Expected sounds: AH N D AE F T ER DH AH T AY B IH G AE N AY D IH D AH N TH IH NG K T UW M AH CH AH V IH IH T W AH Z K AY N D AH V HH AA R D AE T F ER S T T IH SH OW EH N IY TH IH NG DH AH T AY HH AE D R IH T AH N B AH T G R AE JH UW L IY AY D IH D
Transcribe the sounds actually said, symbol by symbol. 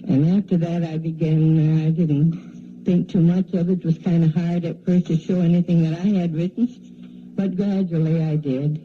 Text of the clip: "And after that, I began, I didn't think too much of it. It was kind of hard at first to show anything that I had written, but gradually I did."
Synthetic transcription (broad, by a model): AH N AE F T ER DH AH T AY B IH G AE N AY D IH D N TH IH NG K T UW M AH CH AH V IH IH T W AH Z K AY N D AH HH AA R D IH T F ER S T T IH SH OW EH N IY TH IH NG DH AH T AY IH D R IH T N B AH T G R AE JH L IY AY D IH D